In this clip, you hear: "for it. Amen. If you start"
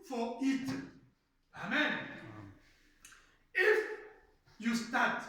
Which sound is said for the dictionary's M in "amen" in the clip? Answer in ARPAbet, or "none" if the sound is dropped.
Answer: M